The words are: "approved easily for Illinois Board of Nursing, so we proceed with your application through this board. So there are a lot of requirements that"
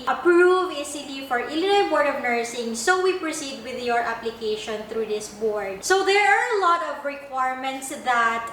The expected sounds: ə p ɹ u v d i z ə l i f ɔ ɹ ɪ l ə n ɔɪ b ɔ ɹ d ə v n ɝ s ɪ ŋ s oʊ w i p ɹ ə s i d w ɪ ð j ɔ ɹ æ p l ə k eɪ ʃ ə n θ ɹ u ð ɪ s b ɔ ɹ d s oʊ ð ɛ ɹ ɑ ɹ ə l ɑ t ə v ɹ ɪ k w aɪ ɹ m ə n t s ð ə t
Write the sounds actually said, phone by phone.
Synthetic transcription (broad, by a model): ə p ɹ u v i s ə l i f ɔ ɹ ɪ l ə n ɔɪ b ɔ ɹ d ə v n ɝ s ɪ ŋ s oʊ w i p ɹ ə s i d w ɪ ð j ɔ ɹ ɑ p l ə k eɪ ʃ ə n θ ɹ u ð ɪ s b ɔ ɹ d s oʊ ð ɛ ɹ ɑ ɹ ə l ɑ t ə v ɹ ɪ k w aɪ ɹ m ə n t s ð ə t